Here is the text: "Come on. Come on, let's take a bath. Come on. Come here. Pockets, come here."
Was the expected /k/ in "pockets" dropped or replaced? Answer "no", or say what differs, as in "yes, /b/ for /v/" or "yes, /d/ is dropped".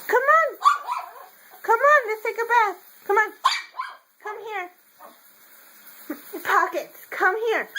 no